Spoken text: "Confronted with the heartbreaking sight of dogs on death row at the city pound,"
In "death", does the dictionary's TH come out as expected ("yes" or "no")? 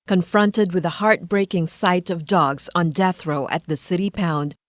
yes